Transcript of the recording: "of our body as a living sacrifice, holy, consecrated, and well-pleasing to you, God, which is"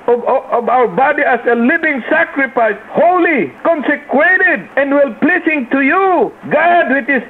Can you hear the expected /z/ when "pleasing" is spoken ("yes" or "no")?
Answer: no